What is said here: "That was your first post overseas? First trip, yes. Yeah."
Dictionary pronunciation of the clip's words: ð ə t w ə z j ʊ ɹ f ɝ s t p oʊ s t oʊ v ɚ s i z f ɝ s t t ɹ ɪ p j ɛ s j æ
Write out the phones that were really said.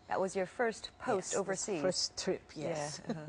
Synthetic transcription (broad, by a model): ð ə t w ə z j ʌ ɹ f ɝ s t p oʊ s t oʊ v ɚ s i f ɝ s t t ɹ ɪ p j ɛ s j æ